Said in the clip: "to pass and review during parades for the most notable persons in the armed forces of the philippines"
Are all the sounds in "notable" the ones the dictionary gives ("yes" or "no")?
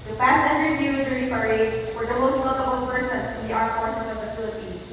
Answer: no